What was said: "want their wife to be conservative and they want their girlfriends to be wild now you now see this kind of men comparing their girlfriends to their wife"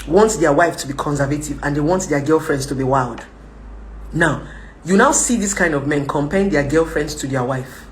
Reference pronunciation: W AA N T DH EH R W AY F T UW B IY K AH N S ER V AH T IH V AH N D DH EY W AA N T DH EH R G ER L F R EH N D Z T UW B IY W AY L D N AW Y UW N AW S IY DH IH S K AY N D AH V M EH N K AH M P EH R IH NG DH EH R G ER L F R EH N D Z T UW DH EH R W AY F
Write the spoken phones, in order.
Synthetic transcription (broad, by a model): W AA N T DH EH W AY F T UW B IY K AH N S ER V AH T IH V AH N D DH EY W AA N T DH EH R G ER L F R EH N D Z T UW B IY W AY L D N AW Y UW N AW S IY DH IH S K AY N D AH V M EH N K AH M P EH IH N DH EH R G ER L F R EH N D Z T UW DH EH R W AY F